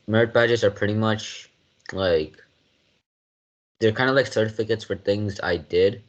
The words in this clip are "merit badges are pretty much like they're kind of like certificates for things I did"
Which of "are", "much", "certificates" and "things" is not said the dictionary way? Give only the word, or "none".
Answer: none